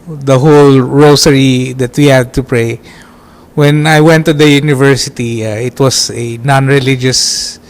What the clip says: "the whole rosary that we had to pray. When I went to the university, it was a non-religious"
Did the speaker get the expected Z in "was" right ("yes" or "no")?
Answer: no